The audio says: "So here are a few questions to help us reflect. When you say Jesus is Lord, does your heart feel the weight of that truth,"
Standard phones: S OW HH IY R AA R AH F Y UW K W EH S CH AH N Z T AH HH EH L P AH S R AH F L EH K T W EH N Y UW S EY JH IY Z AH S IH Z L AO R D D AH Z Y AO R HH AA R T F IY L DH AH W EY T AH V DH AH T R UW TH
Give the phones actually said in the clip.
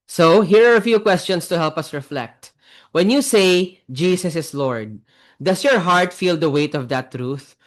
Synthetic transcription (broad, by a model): S OW HH IY R AA R AH F Y UW K W EH S CH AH N S T AH HH EH L P AH S R AH F L EH K T W EH N Y UW S EY JH IY S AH S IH S L AO R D D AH S Y AO R HH AA R T F IY L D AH W EY T AH V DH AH T R UW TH